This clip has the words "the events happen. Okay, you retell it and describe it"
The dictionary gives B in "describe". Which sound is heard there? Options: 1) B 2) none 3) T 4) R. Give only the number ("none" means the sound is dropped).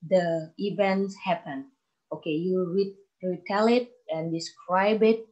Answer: 1